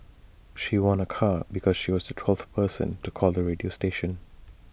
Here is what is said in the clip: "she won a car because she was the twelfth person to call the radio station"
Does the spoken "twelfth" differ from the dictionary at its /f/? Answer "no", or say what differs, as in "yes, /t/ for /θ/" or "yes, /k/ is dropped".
yes, /f/ is dropped